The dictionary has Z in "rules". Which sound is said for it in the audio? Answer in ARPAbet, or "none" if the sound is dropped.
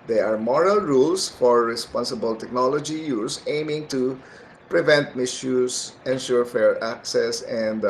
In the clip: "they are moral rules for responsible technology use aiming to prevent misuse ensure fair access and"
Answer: S